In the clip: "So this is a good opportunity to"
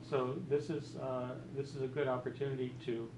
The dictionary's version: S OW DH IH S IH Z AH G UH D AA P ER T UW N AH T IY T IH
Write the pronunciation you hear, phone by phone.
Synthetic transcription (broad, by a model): S OW DH IH S IH Z AH G UH D AA P ER T UW N AH T IY T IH